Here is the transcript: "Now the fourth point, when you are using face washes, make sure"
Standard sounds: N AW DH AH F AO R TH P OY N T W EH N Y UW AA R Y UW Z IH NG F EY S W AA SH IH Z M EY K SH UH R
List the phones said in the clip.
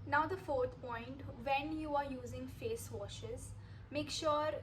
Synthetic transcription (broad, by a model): N AW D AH F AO R T P OY N T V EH N Y UW AA R Y UW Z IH NG F EY S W AA SH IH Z M EY K SH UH R